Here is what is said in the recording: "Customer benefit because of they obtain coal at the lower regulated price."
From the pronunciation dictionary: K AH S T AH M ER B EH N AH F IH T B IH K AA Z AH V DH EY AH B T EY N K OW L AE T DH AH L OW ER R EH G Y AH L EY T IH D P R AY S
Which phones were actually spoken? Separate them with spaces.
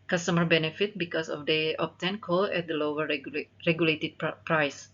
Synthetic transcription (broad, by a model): K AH S T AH M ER B EH N AH F IH T B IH K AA S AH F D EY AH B T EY N K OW L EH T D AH L OW ER R EH G Y AH L EY T IH D P R AY S